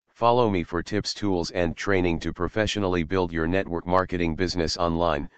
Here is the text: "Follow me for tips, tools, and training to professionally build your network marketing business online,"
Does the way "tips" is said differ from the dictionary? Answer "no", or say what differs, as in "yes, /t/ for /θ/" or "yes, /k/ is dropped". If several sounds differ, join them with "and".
no